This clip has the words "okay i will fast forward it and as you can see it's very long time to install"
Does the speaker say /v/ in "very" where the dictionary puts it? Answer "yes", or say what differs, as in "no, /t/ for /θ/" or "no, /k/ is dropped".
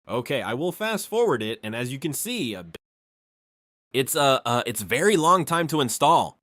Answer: yes